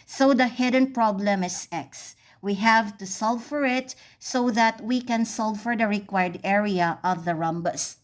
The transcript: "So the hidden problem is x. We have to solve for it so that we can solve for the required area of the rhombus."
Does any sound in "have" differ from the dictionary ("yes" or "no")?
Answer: no